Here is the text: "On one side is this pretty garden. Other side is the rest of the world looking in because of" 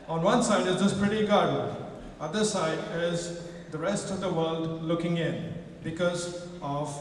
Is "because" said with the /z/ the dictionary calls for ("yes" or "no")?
yes